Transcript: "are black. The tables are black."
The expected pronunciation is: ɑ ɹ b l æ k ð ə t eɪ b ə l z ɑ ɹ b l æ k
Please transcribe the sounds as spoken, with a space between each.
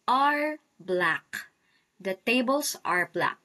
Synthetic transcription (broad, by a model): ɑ ɹ b l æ k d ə t eɪ b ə l s ɑ ɹ b l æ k